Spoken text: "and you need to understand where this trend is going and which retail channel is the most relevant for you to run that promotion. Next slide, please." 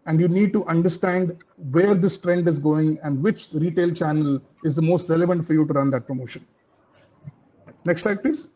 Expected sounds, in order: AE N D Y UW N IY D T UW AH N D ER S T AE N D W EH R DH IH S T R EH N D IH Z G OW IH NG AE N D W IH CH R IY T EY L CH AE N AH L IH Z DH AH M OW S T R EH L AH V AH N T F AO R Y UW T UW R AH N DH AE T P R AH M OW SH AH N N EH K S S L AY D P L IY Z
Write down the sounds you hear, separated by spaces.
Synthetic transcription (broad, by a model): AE N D Y UW N IY D T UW AH N D ER S T AE N D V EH R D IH S T R EH N D IH Z G OW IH NG AE N D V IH CH R IY T EY L CH AE N AH L IH Z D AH M OW S T R EH L AH V AH N T F AO R Y UW T UW R AH N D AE T P R AH M OW SH AH N N EH K S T L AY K P L IY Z